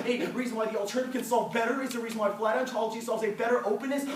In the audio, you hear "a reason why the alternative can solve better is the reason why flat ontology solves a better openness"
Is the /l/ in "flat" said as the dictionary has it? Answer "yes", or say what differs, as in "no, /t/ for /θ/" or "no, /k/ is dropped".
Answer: yes